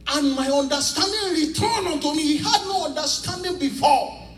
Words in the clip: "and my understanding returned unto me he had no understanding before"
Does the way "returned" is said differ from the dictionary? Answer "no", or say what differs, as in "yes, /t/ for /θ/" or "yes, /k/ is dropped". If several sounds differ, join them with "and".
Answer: yes, /d/ is dropped